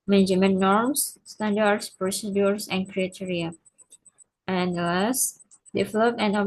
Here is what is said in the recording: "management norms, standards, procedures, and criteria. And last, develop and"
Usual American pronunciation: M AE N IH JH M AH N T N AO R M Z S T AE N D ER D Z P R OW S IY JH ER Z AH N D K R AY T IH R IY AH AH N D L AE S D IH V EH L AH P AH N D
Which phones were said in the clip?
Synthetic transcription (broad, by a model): M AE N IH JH M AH N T N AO R M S S T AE N D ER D S P R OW S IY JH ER S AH N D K R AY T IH R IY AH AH N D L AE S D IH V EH L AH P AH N